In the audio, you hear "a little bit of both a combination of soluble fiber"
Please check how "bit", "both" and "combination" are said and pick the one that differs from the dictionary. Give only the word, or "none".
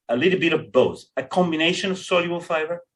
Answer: both